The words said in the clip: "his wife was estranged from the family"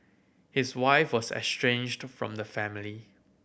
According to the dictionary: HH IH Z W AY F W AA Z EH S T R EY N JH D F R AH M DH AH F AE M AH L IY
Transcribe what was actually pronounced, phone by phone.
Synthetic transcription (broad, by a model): HH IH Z W AY F W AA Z EH S T R EY N JH D F R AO M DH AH F AE M AH L IY